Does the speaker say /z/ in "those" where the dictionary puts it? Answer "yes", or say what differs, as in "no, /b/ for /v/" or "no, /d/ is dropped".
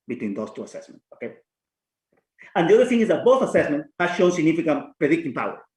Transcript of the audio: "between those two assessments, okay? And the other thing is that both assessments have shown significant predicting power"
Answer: no, /s/ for /z/